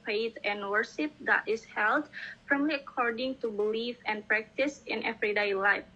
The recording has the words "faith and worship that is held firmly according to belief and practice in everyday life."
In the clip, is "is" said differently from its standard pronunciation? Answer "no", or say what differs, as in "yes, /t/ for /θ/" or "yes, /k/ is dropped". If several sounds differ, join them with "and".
yes, /s/ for /z/